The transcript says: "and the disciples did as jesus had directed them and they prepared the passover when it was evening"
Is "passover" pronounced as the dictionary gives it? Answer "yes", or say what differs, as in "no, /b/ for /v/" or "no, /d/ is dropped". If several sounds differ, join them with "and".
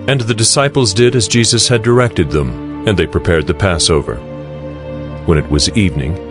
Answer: yes